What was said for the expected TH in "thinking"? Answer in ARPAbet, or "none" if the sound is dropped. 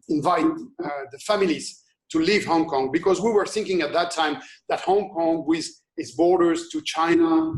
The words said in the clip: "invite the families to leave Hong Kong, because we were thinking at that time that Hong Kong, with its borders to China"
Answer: TH